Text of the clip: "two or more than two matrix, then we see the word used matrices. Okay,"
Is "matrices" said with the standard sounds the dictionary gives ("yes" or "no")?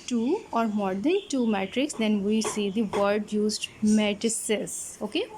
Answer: no